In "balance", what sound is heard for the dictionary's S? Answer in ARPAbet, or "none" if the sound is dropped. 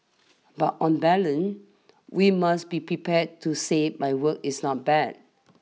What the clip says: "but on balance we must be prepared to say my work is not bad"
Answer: none